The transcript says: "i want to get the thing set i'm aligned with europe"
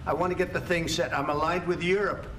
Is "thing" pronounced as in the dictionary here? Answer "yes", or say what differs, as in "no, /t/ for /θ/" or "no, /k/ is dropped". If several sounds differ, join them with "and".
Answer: yes